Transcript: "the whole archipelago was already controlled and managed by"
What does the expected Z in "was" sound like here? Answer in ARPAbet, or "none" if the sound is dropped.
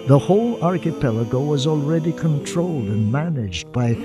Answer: Z